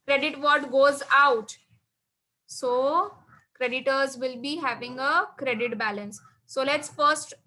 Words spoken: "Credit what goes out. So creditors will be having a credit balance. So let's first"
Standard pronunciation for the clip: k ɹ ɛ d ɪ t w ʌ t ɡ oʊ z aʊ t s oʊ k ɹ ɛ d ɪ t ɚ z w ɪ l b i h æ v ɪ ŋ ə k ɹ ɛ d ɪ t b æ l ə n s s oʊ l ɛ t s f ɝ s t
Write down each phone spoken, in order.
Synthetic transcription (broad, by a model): k ɹ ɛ d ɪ t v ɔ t ɡ oʊ z aʊ t s oʊ k ɹ ɛ d ɪ t ɚ z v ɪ l b i h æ v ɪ ŋ ə k ɹ ɛ d ɪ t b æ l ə n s s oʊ l ɛ t s f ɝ s t